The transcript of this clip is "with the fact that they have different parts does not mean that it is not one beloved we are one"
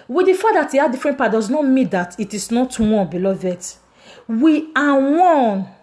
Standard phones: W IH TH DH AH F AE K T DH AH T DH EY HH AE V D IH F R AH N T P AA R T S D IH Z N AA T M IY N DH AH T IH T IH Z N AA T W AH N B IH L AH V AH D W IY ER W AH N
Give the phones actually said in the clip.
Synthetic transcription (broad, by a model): W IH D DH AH F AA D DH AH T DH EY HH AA D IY F R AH N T P AA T D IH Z N AA T M IY N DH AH T IH T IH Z N AA T W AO N B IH L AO V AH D W IY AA W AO N